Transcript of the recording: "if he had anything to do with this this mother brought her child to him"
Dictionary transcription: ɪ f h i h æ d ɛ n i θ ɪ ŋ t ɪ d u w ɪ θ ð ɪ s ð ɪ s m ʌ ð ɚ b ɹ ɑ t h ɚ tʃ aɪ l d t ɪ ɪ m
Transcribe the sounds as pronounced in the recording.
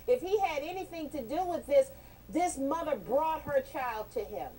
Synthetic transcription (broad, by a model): ɪ f h i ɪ d ɛ n i θ ɪ ŋ t ɪ d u w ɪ ð ɪ s ð ɪ s m ʌ ð ɚ b ɹ ɑ t h ɚ tʃ aɪ l d t ɪ ɪ m